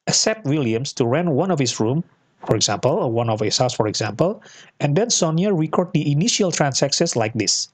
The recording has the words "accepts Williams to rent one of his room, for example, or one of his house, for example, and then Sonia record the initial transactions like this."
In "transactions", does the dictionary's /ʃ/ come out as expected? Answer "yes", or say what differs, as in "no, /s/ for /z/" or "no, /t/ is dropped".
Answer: no, /s/ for /ʃ/